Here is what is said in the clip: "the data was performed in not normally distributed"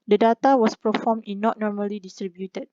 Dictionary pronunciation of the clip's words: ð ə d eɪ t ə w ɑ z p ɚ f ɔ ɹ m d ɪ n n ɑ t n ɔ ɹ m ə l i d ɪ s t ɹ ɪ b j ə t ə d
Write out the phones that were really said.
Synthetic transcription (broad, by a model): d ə d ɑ t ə w ɑ s p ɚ f ɔ m ɪ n n ɑ t n ɔ ɹ m ə l i d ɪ s t ɹ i b j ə t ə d